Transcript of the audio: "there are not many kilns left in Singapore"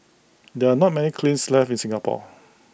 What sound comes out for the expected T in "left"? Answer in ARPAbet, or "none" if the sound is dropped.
none